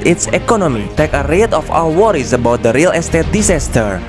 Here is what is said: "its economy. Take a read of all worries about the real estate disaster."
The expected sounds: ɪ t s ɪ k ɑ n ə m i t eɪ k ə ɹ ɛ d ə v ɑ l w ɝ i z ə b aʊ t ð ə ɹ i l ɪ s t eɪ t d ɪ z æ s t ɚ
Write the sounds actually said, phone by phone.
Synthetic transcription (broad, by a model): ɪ t s ɪ k ɑ n ə m i t eɪ k ə ɹ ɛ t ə f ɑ w w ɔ i s ə b aʊ t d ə ɹ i l ɪ s t eɪ t d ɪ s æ s t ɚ